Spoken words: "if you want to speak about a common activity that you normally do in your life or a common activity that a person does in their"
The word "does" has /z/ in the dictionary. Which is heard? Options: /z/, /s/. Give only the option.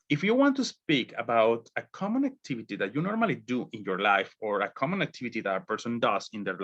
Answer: /s/